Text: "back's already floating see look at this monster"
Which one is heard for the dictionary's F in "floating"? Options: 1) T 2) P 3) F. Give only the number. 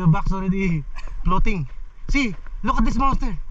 2